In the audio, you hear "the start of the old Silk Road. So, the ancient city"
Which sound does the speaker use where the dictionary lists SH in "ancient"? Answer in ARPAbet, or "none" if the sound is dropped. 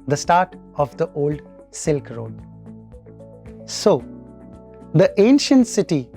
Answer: SH